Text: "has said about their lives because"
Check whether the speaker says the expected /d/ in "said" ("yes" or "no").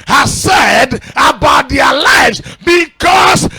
yes